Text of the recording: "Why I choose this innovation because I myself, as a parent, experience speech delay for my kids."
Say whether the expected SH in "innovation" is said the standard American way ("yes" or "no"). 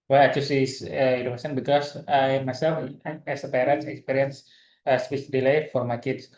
no